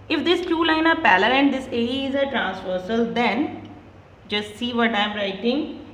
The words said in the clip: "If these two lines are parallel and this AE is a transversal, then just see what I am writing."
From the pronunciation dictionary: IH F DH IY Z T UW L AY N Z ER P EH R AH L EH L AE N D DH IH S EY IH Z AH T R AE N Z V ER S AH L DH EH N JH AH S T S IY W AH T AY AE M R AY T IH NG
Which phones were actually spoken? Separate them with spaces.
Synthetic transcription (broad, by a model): IH F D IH S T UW L AY N ER P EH L AH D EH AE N D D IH S EY IH Z AH T R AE N S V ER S AH L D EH N JH AH S T S IY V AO T AY M R AY T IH NG